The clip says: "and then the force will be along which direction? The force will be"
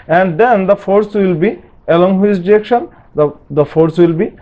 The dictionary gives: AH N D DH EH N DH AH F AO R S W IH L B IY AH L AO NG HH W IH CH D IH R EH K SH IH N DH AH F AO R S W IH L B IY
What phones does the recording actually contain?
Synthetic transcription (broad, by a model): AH N D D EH N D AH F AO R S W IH L B IY AH L AO NG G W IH S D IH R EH K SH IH N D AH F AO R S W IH L B IY